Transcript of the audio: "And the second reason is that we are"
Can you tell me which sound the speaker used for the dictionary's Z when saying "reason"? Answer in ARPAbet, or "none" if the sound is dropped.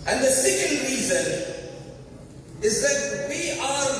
Z